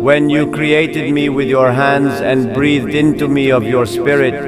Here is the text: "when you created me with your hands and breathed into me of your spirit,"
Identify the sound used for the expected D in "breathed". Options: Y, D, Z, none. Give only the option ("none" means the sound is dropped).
D